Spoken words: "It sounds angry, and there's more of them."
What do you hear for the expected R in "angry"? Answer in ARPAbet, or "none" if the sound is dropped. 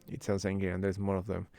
none